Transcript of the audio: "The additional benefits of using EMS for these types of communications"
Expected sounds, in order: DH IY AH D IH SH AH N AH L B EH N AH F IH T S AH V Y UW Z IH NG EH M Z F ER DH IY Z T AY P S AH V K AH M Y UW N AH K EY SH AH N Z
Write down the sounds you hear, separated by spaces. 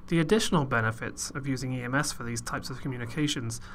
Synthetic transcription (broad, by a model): DH IY AH D IH SH AH N AH L B EH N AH F IH T S AH V Y UW Z IH NG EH M S F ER DH IY Z T AY P S AH V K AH M Y UW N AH K EY SH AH N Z